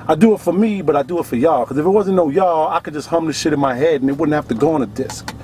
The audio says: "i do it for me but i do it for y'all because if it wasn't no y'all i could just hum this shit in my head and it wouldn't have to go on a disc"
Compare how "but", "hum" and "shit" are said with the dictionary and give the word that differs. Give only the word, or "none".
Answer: none